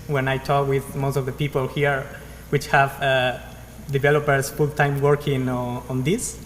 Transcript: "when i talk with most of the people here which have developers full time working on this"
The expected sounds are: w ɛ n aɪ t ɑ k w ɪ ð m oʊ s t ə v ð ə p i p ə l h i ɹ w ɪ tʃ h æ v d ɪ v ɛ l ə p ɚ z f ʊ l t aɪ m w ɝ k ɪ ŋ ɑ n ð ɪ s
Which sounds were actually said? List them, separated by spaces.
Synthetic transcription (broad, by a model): w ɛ n aɪ t ɑ k w ɪ ð m oʊ s t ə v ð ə p i p ə l h i ɹ w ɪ tʃ h æ v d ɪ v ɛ l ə p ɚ s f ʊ l t aɪ m w ɝ k ɪ ŋ ɑ n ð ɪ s